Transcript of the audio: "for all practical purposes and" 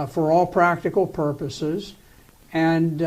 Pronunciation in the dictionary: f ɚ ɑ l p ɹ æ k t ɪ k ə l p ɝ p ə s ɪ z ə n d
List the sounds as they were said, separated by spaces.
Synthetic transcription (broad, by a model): f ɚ ɑ l p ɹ æ k t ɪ k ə l p ɝ p ə s ɪ z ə n